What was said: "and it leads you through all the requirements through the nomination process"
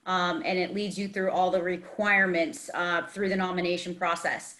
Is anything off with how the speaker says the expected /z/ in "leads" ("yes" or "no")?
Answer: no